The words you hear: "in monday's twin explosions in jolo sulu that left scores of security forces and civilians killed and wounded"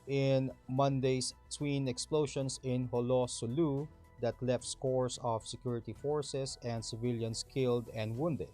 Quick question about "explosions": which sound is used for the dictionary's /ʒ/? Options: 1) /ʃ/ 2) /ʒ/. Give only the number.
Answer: 1